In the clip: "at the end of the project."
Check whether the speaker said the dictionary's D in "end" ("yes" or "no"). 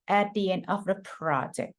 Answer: no